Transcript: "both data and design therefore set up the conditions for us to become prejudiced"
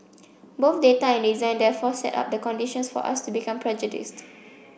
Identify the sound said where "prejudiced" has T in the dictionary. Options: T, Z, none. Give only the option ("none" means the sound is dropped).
T